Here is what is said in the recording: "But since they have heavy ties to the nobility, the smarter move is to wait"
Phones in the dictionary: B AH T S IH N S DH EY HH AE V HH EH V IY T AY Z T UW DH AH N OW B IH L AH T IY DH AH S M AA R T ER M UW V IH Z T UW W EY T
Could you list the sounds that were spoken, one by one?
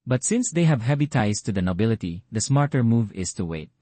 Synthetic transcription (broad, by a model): B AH T S IH N S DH EY HH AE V HH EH B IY T AY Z T UW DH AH N OW B IH L AH T IY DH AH S M AA R T ER M UW V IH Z T UW W EY T